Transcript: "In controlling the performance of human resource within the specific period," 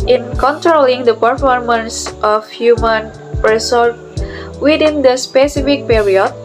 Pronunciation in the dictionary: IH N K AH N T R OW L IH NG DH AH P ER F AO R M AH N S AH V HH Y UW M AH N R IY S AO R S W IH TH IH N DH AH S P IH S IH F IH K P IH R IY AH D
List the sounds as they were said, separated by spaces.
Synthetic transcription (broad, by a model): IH N K AH N T R OW L IH NG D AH P ER F AO R M AH N S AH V HH Y UW M AH N R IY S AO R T W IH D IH N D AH S P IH S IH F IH K P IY R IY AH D